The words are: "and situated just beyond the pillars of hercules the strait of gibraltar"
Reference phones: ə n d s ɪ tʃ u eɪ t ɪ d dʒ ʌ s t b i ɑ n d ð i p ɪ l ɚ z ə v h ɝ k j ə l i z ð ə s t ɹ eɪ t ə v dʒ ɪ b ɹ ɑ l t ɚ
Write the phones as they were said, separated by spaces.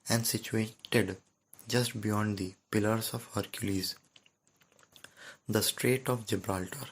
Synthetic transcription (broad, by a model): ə n d s ɪ tʃ u eɪ t ɪ d dʒ ʌ s t b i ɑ n d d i p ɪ l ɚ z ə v h ɝ k j ə l i z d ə s t ɹ eɪ t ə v dʒ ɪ b ɹ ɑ l t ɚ